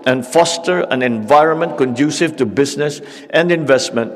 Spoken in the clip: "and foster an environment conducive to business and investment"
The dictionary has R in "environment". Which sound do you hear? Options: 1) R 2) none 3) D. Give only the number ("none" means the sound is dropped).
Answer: 1